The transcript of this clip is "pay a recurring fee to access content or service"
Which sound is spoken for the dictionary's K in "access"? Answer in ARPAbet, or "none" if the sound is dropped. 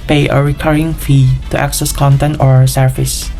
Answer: K